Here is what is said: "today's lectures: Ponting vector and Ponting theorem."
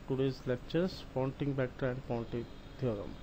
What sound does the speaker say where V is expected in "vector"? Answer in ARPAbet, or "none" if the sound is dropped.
B